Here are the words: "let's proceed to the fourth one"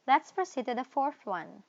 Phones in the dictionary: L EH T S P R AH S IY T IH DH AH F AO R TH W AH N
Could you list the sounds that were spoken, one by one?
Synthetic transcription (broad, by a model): L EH T S P R AH S IY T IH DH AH F AO R TH W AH N